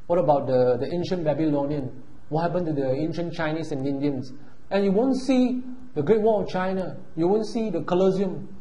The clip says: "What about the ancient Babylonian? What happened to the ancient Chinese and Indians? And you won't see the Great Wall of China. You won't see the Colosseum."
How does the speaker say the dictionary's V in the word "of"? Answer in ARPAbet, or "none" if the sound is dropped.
F